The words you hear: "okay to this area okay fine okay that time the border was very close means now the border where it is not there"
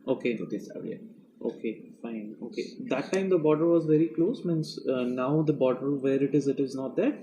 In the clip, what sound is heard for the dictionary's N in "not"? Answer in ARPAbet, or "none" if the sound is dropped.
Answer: N